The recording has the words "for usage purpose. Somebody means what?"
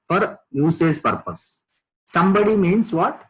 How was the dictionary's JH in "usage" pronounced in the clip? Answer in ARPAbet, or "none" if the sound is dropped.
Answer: Z